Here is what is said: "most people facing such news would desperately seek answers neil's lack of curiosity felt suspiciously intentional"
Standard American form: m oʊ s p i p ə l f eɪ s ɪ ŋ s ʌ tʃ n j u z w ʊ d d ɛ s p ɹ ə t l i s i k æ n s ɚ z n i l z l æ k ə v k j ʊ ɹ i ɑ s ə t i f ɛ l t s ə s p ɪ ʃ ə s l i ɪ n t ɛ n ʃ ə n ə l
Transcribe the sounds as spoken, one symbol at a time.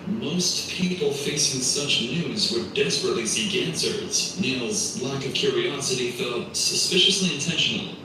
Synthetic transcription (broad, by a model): m oʊ s p i p l f eɪ s ɪ ŋ s ʌ tʃ n j u z w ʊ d d ɛ s p ɹ ə t l i s i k æ n s ɚ z n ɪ l z l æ k ə v k j ʊ ɹ i ɑ s ə t i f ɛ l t s ə s p ɪ ʃ ə s l i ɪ n t ɛ n ʃ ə n l